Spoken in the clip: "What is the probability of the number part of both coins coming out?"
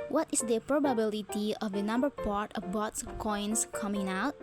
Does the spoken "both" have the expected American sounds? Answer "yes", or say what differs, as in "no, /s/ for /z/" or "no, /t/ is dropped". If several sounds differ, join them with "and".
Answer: no, /s/ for /θ/